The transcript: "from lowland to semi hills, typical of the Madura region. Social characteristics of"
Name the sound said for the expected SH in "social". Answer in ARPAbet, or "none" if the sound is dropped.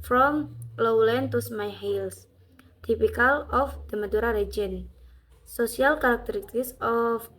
S